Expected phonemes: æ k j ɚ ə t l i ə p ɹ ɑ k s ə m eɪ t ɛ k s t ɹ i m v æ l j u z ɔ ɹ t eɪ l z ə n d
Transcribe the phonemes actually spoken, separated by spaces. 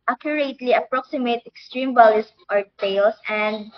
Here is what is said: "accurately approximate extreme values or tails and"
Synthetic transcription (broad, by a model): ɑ k j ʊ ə t l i ə p ɹ ɑ k s ə m eɪ t ɛ k s t ɹ i m b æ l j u s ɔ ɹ t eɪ l s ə n d